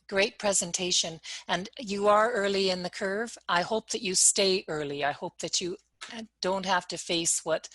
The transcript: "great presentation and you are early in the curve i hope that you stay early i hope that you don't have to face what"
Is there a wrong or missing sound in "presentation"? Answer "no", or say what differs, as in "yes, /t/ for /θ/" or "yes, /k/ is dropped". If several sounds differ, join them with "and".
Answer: no